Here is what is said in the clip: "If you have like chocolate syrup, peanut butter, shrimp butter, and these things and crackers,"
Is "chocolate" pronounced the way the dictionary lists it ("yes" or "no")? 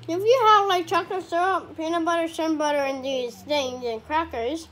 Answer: no